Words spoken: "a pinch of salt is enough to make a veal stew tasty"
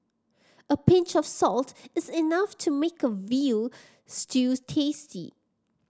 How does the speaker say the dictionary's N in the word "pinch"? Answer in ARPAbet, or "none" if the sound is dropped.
N